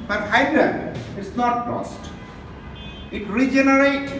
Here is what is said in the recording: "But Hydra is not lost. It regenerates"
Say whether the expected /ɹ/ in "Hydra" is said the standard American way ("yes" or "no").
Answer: no